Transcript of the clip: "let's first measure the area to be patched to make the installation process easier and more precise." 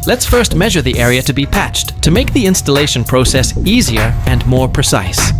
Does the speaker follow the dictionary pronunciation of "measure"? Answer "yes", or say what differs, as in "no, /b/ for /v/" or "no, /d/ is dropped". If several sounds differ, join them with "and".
yes